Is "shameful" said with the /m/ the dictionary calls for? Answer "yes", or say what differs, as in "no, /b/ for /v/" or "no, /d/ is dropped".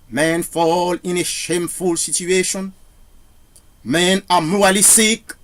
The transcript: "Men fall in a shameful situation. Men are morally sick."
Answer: yes